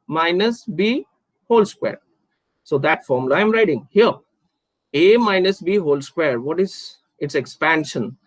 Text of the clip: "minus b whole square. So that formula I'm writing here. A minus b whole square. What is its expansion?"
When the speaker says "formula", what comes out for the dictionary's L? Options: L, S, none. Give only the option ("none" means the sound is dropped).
none